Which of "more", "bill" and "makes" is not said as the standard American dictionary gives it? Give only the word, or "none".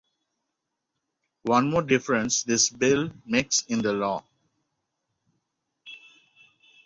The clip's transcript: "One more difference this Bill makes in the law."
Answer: none